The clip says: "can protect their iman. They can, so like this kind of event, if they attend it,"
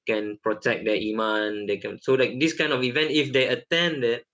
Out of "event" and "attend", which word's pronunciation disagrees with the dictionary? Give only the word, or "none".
none